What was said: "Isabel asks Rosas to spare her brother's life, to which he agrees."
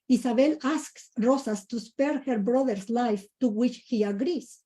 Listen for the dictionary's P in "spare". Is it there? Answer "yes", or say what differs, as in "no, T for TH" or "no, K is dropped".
yes